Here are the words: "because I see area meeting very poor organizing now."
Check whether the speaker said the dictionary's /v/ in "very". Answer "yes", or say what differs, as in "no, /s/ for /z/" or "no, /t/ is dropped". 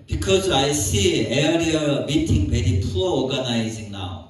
no, /b/ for /v/